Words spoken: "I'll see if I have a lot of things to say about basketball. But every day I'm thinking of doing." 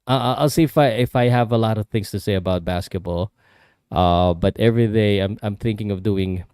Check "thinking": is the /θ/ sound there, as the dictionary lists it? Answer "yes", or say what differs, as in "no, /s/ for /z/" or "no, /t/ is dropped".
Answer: yes